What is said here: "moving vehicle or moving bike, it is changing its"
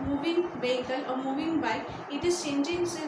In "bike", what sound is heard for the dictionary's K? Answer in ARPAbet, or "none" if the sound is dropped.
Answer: none